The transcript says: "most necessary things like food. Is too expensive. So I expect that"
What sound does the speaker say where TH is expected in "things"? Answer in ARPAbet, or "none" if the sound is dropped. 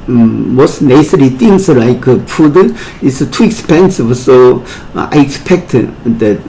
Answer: T